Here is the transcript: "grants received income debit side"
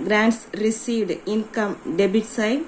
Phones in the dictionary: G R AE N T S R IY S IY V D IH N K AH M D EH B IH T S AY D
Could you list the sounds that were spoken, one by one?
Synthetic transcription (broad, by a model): G R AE N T S R IY S IY V D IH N K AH M D EH B IH T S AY